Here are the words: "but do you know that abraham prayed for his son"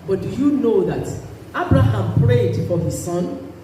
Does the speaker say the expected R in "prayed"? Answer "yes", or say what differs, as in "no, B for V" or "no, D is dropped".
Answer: yes